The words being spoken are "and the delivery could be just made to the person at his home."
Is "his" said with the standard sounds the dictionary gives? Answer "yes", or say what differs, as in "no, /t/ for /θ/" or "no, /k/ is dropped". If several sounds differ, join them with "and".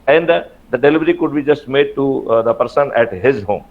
yes